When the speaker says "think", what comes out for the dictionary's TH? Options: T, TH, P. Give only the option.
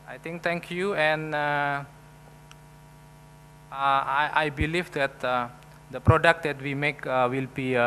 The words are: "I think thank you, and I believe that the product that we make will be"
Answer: T